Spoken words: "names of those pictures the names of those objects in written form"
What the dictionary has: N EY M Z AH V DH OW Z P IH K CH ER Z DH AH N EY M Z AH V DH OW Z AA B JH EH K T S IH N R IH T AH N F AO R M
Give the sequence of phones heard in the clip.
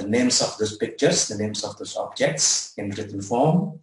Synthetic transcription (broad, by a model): N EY M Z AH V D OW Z P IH K CH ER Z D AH N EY M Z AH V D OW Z AA B JH EH K T S IH N R IH T AH N F AO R M